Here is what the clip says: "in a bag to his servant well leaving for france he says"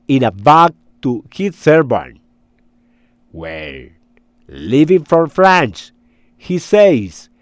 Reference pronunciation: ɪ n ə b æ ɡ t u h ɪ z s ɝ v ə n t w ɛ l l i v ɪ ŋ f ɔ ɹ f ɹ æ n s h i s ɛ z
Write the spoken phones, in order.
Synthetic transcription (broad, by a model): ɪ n ə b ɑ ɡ t u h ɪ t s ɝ b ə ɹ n w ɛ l l i v ɪ ŋ f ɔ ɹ f ɹ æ n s h i s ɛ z